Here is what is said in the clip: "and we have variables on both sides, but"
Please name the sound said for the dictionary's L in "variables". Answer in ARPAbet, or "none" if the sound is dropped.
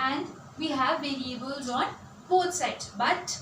L